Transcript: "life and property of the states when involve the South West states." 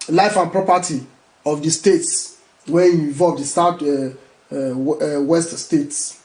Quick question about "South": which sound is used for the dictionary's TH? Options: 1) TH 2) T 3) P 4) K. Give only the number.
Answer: 2